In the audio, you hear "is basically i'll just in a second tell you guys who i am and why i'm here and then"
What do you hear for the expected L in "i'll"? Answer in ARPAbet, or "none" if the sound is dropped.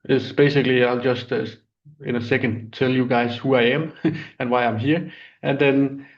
L